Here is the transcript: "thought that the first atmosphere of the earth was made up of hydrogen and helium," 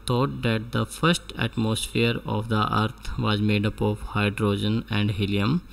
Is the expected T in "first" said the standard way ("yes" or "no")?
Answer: yes